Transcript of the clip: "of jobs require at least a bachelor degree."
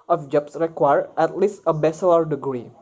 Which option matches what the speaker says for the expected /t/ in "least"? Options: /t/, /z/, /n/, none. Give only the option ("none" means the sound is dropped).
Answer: /t/